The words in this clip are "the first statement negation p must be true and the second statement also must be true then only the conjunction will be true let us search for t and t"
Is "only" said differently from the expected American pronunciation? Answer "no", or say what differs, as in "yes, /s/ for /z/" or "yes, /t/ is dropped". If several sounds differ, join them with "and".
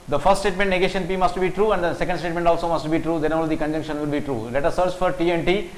yes, /n/ is dropped